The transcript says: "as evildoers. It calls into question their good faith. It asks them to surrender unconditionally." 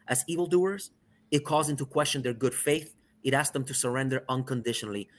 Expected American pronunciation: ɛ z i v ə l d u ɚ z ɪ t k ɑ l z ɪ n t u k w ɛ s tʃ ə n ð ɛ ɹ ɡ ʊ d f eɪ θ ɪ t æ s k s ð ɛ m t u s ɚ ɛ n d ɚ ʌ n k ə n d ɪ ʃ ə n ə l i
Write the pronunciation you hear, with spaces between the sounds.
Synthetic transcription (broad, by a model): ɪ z i v ə l d u ɚ z ɪ t k ɑ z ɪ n t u k w ɛ s tʃ ə n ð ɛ ɹ ɡ ʊ d f eɪ θ ɪ t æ s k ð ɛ m t u s ɚ ɛ n d ɚ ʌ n k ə n d ɪ ʃ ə n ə l i